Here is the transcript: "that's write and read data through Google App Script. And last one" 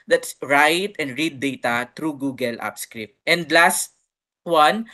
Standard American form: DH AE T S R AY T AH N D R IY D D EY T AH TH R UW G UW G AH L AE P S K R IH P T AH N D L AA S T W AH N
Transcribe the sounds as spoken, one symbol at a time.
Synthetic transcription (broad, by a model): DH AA T S R AY T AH N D R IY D D EY T AH T R UW G UW G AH L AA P S K R IH P T AH N D L AA S T W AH N